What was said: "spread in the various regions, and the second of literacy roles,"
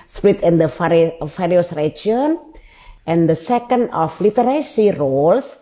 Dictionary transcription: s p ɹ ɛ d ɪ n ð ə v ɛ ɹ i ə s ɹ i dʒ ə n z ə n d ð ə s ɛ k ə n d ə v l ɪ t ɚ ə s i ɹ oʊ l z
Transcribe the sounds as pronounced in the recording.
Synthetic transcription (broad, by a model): s p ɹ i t ɪ n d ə f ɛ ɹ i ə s ɹ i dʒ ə n ə n d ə s ɛ k ə n d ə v l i t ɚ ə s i ɹ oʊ l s